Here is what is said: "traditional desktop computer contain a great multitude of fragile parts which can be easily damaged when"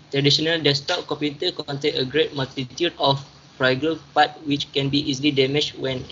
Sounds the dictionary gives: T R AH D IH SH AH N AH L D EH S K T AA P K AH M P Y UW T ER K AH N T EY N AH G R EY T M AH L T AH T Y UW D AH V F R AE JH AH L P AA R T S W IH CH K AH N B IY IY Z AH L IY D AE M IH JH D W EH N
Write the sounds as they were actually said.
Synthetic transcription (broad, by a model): T R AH D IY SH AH N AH L D EH S T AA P K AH M P Y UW T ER K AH N T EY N AH G R EY T M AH L T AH T Y UW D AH F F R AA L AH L P AA T W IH CH K AH N B IY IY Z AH L IY D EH M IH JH W EH N